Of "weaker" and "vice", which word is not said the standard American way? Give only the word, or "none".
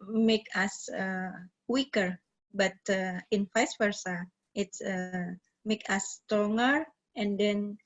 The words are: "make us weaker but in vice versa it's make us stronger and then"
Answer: vice